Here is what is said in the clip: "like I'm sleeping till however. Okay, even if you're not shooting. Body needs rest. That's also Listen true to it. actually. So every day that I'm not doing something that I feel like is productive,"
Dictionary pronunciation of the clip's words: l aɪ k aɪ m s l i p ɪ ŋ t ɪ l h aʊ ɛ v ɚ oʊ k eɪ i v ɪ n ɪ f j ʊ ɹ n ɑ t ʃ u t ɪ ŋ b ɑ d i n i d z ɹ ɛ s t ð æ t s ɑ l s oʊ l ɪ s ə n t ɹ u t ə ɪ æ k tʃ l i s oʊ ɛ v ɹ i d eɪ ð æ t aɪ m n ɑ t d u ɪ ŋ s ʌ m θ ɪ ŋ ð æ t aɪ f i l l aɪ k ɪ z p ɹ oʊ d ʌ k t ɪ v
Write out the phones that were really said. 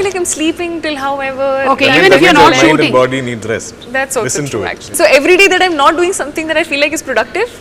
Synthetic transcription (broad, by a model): l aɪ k aɪ m s l i p ɪ ŋ t ɪ l h aʊ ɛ v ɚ oʊ k eɪ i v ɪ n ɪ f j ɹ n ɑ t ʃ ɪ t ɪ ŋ b ɑ d i n i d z ɹ ɛ s t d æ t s s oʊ l ɪ s ə n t u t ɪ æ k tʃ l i s oʊ ɛ v ɹ i d eɪ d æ t aɪ m n ɑ t d u ɪ ŋ s ʌ m t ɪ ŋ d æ t aɪ f i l l aɪ k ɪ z p ɹ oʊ d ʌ k t ɪ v